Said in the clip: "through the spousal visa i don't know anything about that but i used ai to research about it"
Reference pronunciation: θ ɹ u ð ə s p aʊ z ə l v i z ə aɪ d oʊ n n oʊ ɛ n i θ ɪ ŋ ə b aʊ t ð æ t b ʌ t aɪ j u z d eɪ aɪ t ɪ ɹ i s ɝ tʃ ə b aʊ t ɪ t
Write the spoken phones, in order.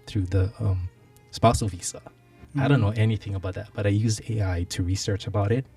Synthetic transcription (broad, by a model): θ ɹ u ð ə s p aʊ s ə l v i s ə aɪ d oʊ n n oʊ ɛ n i θ ɪ ŋ ə b aʊ t ð æ t b ʌ t aɪ j u z d eɪ aɪ t ɪ ɹ i s ɝ tʃ ə b aʊ t ɪ t